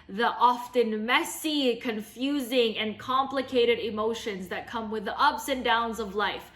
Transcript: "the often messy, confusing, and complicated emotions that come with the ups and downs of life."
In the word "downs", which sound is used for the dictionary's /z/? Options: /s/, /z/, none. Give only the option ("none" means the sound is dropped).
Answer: /z/